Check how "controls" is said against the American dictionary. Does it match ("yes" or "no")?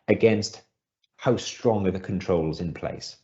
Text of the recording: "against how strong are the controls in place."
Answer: yes